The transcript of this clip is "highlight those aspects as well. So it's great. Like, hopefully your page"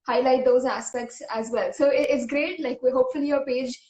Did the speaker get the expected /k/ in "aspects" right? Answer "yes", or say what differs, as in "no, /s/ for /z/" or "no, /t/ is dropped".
yes